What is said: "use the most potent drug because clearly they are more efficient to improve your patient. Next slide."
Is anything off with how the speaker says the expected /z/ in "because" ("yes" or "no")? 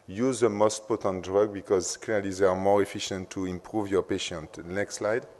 no